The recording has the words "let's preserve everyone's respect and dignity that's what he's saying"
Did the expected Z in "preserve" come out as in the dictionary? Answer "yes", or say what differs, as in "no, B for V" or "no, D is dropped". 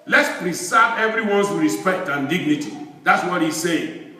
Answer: no, S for Z